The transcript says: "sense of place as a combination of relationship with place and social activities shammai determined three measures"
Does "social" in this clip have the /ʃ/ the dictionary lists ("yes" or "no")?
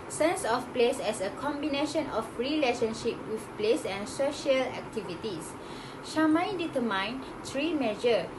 yes